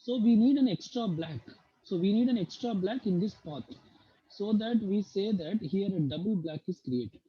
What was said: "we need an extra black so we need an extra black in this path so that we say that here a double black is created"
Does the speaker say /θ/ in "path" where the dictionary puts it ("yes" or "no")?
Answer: no